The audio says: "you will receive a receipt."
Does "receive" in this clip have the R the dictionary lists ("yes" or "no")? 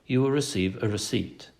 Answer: yes